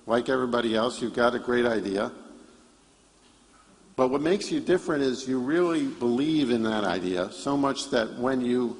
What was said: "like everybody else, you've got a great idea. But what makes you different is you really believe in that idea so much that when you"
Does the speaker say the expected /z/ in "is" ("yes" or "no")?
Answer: yes